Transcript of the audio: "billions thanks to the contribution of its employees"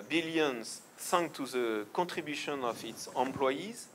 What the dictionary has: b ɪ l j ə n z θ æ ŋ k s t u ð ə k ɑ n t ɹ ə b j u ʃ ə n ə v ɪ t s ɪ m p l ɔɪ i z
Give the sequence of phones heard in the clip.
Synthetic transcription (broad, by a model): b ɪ l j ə n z s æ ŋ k t u ð ə k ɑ t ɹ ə b j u ʃ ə n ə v ɪ t s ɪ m p l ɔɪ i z